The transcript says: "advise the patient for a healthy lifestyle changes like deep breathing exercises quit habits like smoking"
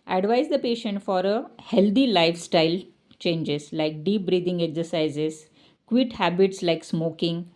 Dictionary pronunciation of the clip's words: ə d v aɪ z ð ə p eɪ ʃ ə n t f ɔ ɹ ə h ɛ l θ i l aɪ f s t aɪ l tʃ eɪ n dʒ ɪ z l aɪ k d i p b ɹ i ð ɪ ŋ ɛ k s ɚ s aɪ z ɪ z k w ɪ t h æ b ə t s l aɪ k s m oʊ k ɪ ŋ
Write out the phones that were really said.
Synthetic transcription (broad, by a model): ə d v aɪ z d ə p eɪ ʃ ə n t f ɔ ɹ ə h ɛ l t i l aɪ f s t aɪ l tʃ eɪ n dʒ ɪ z l aɪ k d i p b ɹ i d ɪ ŋ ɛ k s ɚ s aɪ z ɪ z k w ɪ t h æ b ə t s l aɪ k s m oʊ k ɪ ŋ